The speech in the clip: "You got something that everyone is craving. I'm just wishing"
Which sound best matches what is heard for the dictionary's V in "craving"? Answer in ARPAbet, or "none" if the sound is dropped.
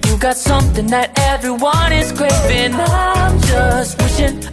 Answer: none